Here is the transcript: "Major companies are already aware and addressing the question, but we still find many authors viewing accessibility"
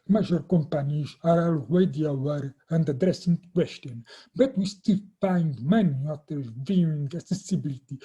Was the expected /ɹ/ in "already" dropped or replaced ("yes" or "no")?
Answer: yes